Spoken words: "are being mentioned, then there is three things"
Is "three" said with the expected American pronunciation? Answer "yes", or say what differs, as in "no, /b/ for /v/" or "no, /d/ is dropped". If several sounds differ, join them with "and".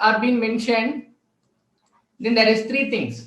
no, /t/ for /θ/